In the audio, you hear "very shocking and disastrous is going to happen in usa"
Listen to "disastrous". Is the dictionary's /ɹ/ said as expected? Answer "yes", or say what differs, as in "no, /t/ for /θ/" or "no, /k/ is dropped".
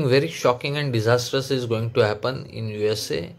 no, /ɹ/ is dropped